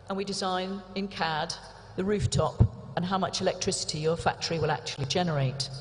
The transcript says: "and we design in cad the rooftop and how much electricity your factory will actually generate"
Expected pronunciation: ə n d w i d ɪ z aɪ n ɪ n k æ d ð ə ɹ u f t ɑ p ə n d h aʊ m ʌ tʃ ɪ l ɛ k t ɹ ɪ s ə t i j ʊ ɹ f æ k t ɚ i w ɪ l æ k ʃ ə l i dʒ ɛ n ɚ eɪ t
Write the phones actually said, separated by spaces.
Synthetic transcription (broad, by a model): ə n w i d ɪ z aɪ n ɪ n k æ d ð ə ɹ u f t ɑ p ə n h aʊ m ʌ tʃ ɪ l ɛ k t ɹ ɪ s ə t i j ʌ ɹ f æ k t ɚ i w ɪ l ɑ k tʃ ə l i dʒ ɛ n ɚ eɪ t